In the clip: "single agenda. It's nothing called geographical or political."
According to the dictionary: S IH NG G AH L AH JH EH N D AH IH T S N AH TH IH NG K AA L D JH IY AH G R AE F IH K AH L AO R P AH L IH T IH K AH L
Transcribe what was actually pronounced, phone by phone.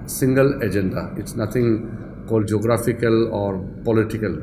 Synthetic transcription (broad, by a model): S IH NG G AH L AH JH EH N D AH IH T S N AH T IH NG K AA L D JH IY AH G R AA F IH K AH L AO R P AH L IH T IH K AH L